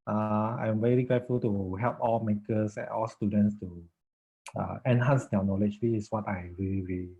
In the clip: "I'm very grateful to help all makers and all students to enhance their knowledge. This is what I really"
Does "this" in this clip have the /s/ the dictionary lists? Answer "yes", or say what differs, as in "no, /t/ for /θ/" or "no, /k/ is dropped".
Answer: no, /s/ is dropped